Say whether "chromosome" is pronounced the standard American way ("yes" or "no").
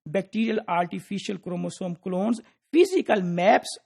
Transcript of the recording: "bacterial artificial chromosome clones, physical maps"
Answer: yes